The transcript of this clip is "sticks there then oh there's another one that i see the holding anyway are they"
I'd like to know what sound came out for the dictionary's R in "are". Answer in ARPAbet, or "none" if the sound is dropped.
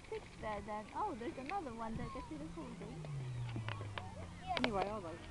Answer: L